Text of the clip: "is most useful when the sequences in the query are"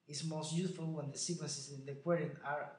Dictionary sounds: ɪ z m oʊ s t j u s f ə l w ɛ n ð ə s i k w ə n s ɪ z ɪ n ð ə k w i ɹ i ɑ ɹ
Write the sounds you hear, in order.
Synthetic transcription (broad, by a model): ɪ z m oʊ s t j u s f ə l w ɛ n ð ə s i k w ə s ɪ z ɪ n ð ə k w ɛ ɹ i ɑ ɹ